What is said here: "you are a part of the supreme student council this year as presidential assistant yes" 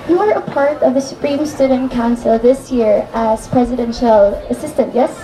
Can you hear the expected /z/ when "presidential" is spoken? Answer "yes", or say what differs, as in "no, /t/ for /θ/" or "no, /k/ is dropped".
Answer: yes